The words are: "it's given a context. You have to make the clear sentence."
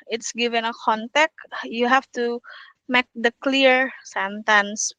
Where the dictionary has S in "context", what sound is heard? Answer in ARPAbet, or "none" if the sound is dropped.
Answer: none